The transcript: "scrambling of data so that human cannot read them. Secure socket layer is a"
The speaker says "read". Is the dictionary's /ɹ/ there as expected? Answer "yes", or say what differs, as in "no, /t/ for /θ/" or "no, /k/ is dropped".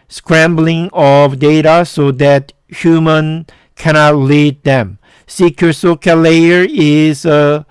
no, /l/ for /ɹ/